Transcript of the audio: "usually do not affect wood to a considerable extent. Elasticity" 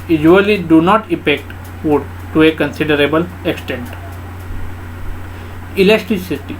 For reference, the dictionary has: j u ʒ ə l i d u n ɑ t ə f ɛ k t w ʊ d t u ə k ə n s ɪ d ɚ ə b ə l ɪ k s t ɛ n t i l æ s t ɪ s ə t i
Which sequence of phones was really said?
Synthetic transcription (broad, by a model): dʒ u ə l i d u n ɑ t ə p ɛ k t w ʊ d t u ə k ə n s ɪ d ɚ ə b ə l ɪ k s t ɛ n t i l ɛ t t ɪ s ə t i